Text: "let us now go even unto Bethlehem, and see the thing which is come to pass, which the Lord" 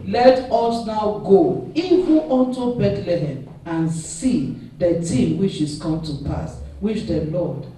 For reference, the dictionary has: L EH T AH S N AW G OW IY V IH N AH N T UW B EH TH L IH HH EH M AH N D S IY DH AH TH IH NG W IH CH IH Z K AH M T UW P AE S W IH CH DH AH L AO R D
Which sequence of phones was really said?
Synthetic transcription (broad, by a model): L EH T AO S N AW G OW IY V IH N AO N T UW B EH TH L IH HH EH M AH N S IY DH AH T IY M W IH CH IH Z K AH M T UW P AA S W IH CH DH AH L AO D